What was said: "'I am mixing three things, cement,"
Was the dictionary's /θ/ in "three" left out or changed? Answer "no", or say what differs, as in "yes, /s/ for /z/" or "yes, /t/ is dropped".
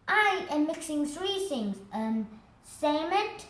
no